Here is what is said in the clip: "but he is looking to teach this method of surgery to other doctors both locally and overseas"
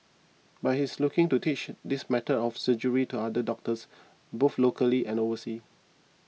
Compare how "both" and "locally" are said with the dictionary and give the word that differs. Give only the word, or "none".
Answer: both